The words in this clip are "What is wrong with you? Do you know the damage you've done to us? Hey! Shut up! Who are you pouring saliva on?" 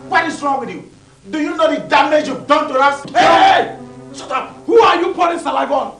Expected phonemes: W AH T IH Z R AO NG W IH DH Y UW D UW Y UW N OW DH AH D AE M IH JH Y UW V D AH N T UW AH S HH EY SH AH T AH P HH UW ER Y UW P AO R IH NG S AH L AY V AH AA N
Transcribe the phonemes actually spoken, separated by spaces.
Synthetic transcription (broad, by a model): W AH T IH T R AO NG W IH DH Y UW D UW Y UW N OW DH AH D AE M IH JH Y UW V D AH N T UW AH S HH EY S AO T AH HH UW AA Y UW P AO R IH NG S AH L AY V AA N